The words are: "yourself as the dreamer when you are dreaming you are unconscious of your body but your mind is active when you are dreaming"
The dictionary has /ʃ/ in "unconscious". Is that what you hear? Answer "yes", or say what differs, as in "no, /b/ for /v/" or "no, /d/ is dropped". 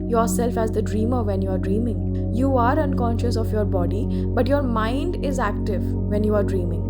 yes